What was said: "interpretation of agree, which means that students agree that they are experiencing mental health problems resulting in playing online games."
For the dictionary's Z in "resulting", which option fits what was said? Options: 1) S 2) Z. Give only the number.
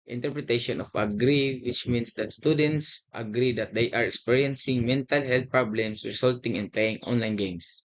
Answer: 1